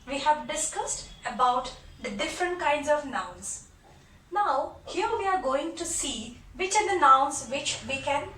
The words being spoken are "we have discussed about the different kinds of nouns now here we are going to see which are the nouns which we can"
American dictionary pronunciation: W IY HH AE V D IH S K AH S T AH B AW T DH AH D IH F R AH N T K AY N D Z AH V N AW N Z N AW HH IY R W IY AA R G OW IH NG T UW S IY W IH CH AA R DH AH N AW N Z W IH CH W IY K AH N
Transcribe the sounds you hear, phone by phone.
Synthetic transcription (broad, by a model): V IY HH AE V D IH S K AH S T AH B AW T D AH D IH F R AH N T K AY N D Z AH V N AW N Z N AW HH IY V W IY AA R G OW IH NG T UW S IY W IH CH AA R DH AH N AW N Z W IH CH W IY K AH N